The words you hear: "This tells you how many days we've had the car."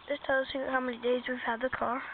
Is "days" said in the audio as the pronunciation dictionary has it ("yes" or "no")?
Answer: yes